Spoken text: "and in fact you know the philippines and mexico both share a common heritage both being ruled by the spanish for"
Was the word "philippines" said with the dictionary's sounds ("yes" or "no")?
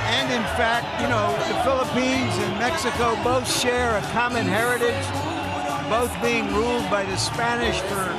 yes